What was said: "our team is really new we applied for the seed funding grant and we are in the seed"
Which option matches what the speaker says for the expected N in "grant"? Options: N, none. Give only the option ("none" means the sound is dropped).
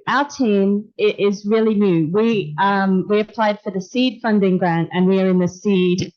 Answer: N